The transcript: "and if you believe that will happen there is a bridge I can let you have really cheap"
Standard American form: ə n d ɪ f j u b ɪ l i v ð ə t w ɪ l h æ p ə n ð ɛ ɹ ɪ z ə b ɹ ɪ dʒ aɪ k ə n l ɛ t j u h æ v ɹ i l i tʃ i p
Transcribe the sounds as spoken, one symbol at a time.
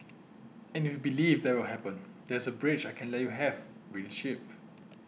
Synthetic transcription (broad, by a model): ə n ɪ f j u b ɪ l i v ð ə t w ɪ l h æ p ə n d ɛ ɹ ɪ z ə b ɹ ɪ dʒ aɪ k ə n l ɛ t j u h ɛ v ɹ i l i ʃ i p